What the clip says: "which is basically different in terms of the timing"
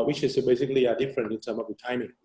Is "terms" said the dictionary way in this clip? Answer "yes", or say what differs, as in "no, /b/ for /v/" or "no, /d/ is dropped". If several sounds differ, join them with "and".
no, /z/ is dropped